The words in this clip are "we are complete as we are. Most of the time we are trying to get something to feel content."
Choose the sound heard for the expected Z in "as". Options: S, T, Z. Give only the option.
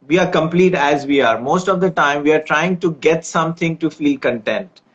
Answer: Z